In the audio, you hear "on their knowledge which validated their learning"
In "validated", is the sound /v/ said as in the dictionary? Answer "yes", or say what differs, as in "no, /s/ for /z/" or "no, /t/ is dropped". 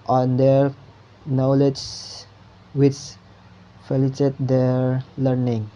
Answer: no, /f/ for /v/